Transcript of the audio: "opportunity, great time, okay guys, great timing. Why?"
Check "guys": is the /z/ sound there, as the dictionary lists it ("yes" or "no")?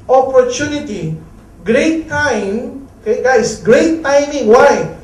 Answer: no